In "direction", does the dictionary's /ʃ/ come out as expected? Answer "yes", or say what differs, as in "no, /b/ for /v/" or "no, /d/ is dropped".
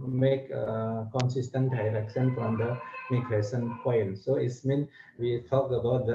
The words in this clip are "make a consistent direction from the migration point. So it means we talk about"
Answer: no, /s/ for /ʃ/